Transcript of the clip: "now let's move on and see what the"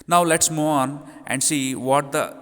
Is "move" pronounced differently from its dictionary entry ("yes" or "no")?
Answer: yes